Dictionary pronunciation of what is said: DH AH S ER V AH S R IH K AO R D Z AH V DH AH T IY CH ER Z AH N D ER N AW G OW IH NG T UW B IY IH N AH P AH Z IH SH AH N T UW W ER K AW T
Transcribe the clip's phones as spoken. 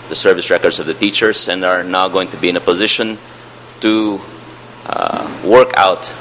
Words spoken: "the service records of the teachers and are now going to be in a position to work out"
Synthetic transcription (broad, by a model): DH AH S ER V AH S R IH K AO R D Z AH V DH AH T IY CH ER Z AH N D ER N AW G OW IH NG T UW B IY IH N AH P AH Z IH SH AH N T UW W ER K AW T